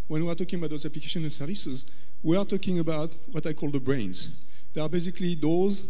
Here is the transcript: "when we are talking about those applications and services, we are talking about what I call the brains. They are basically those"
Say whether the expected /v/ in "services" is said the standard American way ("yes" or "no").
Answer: yes